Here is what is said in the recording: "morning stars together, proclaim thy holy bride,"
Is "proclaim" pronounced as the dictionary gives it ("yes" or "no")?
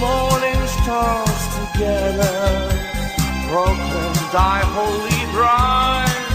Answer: no